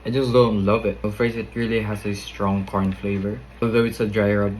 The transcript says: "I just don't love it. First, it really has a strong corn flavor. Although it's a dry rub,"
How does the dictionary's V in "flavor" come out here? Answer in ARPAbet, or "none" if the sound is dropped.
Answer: V